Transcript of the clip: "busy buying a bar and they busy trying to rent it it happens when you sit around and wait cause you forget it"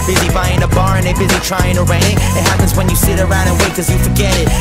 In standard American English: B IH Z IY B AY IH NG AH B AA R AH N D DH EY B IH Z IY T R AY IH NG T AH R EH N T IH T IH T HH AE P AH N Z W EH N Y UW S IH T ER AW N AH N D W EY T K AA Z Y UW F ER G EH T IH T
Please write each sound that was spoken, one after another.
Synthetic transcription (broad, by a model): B IH Z IY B AY IH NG AH B AA R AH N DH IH B IH Z IY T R AY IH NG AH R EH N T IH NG IH T HH AE P AH N Z W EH N Y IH S IH T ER AW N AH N W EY K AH Z Y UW F ER G EH T IH T